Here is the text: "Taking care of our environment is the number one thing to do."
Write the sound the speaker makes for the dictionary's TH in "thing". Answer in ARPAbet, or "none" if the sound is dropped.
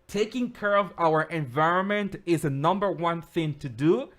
TH